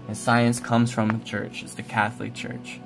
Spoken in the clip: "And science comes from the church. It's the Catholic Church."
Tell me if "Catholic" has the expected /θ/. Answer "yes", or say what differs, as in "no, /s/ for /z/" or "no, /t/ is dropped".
yes